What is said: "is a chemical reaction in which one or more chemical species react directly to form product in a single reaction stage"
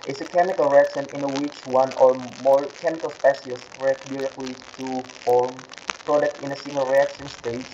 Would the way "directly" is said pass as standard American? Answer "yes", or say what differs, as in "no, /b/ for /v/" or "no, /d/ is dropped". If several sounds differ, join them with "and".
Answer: yes